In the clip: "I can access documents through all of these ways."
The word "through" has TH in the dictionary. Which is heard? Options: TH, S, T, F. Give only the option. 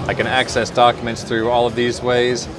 TH